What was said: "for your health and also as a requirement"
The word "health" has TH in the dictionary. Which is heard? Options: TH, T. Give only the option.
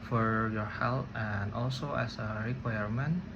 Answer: T